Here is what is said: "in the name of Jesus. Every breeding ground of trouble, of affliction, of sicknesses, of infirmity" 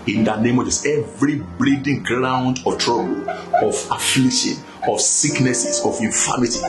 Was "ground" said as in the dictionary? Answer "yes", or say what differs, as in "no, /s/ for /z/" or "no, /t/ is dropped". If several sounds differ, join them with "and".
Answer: yes